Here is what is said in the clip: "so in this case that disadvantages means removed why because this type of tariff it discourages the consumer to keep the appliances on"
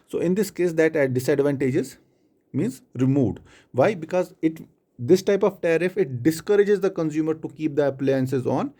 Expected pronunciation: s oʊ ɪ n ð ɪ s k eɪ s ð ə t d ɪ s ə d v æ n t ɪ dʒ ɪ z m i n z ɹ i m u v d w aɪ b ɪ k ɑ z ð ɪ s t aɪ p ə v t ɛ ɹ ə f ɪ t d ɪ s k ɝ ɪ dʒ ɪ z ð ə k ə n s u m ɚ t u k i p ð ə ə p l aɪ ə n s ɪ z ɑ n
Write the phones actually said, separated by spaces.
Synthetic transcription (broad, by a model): s oʊ ɪ n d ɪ s k eɪ s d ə t d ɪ s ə d v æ n t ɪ dʒ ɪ z m i n z ɹ i m u v d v aɪ b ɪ k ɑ z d ɪ s t aɪ p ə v t ɛ ɹ ə f ɪ t d ɪ s k ɝ ɪ dʒ ɪ z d ə k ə n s u m ɚ t u k i p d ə ə p l aɪ ə n s ɪ z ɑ n